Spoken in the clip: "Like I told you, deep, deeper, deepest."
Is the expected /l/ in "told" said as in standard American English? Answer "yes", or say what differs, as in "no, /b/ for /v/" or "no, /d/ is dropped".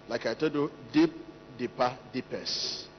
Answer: no, /l/ is dropped